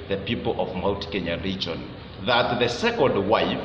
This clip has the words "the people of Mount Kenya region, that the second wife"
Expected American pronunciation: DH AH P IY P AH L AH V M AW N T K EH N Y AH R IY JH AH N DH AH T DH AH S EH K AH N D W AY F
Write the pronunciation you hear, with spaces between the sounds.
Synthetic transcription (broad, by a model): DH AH P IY P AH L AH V M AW L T K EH N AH R IY JH AH N DH AH T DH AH S EH K AH N D W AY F